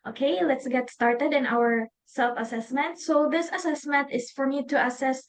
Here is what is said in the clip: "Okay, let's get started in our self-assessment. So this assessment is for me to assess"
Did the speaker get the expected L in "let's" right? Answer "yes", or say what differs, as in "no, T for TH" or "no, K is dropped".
yes